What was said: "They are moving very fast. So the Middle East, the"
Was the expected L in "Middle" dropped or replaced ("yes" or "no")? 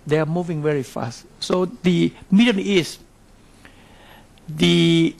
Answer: yes